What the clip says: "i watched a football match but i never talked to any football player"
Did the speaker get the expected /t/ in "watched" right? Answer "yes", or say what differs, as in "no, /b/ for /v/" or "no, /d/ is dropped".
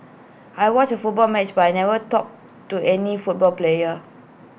no, /t/ is dropped